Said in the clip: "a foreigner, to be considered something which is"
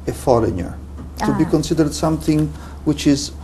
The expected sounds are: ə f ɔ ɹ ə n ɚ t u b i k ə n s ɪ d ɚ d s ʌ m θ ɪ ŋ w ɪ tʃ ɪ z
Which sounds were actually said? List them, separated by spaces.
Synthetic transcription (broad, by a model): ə f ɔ l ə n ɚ t u b i k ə n s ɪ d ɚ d s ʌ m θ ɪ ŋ w ɪ tʃ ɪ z